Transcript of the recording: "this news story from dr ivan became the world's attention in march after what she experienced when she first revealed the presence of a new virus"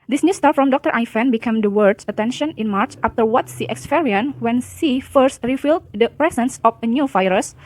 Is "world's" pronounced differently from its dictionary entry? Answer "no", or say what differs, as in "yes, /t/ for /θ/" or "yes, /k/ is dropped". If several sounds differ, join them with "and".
yes, /l/ is dropped and /s/ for /z/